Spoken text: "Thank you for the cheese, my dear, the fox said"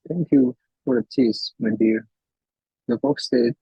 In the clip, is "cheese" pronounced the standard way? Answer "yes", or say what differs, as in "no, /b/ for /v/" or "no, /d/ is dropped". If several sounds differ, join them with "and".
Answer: no, /s/ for /z/